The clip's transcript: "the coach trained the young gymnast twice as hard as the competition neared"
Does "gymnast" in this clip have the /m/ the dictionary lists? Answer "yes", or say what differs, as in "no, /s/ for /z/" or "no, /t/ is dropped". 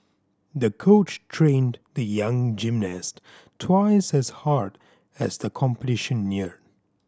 yes